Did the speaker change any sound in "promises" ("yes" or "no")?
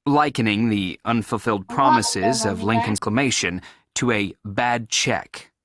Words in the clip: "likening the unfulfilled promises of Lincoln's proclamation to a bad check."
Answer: no